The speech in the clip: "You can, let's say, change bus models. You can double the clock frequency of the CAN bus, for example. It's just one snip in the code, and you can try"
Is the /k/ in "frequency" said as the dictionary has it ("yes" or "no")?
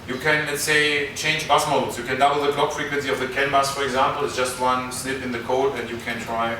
yes